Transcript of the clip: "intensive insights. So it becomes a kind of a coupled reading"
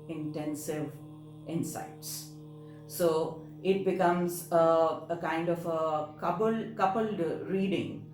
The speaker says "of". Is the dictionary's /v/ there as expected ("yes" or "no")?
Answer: no